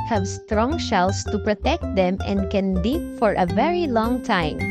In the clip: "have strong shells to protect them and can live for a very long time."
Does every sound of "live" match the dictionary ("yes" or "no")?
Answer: no